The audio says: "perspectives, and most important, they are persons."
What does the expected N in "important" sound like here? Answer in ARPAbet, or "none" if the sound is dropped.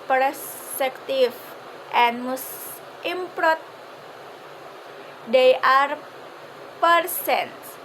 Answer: none